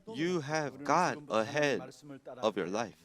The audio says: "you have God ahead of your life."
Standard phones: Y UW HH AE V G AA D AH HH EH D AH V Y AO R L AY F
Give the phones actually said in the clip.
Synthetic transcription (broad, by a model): Y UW HH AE V G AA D AH HH EH D AH V Y AO R L AY F